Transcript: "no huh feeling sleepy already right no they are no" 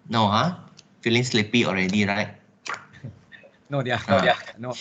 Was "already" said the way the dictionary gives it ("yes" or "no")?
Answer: yes